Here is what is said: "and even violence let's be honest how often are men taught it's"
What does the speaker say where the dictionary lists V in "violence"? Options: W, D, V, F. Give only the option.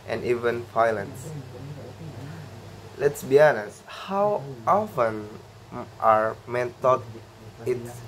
F